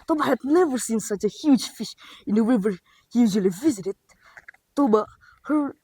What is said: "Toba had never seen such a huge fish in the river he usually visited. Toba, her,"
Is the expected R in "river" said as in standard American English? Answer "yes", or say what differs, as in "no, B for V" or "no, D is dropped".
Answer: no, W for R